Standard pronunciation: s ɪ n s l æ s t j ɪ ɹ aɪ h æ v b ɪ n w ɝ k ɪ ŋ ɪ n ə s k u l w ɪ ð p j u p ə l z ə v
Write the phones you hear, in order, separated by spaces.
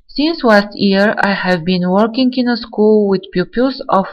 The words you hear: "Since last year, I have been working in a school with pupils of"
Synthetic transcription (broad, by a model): s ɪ n s l æ s t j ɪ ɹ aɪ h æ v b ɪ n w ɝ k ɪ ŋ ɪ n ə s k u l w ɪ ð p j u p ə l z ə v